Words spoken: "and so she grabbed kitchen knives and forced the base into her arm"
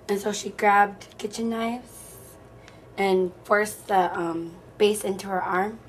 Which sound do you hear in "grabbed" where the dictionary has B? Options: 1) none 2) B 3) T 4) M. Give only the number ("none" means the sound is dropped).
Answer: 2